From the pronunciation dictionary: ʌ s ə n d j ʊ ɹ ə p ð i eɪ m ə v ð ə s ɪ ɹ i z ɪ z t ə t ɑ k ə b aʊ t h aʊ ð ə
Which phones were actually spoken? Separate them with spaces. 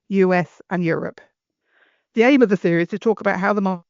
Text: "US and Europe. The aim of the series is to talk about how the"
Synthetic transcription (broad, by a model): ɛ s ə n j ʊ ɹ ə p ð i eɪ m ə v ð ə θ ɪ i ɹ ɪ z t ə t ɑ k ə b aʊ t h aʊ ð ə